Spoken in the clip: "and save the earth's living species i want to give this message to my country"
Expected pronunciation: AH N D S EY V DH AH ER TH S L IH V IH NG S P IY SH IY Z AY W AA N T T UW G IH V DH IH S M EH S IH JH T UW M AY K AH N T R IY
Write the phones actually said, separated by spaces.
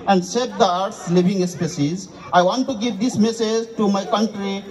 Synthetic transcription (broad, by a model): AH N D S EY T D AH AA T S L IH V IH NG S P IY S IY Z AY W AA N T T UW G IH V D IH S M EH S IH JH T UW M AY K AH N T R IY